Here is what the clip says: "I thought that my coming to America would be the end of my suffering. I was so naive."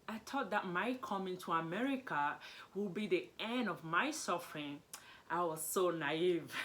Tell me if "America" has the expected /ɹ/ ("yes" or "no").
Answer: yes